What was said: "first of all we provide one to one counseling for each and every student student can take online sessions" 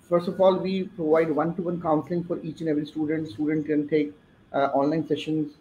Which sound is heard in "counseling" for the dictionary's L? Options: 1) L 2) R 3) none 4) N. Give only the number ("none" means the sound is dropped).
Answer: 1